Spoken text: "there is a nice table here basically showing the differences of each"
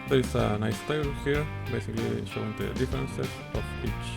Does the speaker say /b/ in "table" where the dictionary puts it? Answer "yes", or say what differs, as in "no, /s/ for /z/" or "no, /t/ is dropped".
no, /b/ is dropped